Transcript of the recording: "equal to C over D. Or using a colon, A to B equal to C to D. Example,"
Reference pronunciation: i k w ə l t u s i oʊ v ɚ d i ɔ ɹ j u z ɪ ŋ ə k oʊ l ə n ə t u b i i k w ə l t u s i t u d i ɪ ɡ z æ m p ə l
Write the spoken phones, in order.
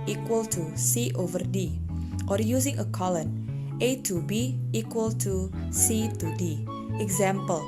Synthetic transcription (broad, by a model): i k w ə l t u s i oʊ v ɚ d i ɔ ɹ j u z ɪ ŋ ə k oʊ l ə n ə t u b i i k w ə l t u s i t u d i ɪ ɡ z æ m p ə l